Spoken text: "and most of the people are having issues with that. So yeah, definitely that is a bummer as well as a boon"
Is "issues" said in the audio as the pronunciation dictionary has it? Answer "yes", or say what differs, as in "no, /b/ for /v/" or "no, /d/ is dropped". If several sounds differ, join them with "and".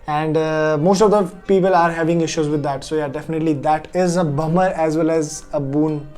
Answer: yes